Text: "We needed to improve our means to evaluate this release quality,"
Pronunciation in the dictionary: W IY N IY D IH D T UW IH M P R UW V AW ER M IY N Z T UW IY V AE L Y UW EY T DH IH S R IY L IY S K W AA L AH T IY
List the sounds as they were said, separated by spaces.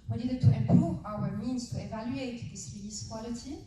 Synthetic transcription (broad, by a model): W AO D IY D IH T UW IH M P R UW V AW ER M IY N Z T UW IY V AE L Y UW EY T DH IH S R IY IY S K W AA L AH T IY